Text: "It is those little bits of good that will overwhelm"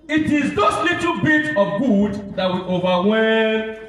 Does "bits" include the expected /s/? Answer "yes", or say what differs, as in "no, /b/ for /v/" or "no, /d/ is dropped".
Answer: no, /s/ is dropped